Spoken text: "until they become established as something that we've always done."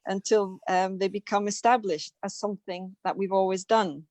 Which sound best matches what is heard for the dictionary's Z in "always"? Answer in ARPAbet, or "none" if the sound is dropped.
Z